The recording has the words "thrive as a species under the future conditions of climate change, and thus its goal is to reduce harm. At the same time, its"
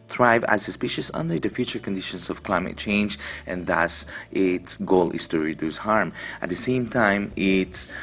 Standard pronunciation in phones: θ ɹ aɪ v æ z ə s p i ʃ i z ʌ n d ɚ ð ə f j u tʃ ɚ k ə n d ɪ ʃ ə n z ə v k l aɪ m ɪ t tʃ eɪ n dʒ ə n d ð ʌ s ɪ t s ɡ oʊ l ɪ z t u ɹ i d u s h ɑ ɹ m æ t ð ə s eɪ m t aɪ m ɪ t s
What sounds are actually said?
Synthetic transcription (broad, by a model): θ ɹ aɪ v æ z ə s p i ʃ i s ʌ n d ɚ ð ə f j u tʃ ɚ k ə n d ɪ ʃ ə n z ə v k l aɪ m ɪ t tʃ eɪ n dʒ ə n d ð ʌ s ɪ t s ɡ oʊ l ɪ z t u ɹ i d u s h ɑ ɹ m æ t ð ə s eɪ m t aɪ m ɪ t s